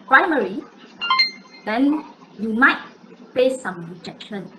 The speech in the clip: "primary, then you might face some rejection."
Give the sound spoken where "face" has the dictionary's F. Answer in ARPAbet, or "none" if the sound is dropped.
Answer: P